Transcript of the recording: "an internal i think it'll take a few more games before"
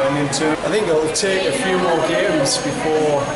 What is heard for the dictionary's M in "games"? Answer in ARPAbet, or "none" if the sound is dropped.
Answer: none